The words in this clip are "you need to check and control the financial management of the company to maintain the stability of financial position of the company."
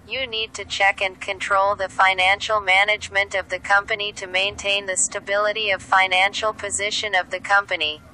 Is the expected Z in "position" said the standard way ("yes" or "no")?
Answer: yes